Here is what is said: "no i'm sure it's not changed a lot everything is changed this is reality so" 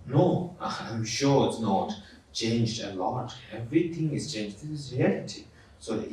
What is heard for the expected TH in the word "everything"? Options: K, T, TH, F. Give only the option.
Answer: T